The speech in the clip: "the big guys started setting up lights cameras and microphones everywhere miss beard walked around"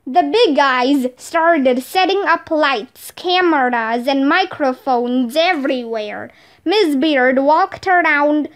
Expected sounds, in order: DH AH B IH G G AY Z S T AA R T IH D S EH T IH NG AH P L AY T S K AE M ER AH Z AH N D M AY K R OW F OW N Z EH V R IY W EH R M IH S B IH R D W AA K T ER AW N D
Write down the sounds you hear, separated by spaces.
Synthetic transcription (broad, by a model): DH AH B IH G G AY Z S T AA R T IH D S EH T IH NG AH P L AY T S K AE M ER AH Z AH N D M AY K R OW F OW N Z EH V R IY W EH R M IH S B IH R D W AA K T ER AW N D